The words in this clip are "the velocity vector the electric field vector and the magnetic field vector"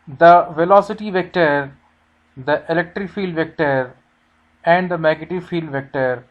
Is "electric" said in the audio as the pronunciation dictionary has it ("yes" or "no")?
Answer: yes